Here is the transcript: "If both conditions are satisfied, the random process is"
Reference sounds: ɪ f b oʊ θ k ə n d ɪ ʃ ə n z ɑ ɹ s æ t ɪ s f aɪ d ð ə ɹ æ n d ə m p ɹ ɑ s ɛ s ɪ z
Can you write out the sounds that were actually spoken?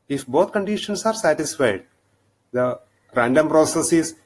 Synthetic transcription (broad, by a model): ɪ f b oʊ t k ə n d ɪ ʃ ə n s ɑ ɹ s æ t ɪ s f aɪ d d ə ɹ æ n d ə m p ɹ ɑ s ɛ s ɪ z